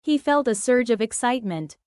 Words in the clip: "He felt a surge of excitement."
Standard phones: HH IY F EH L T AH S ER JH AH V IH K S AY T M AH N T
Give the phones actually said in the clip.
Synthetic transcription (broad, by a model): HH IY F EH L T AH S ER JH AH V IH K S AY T M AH N T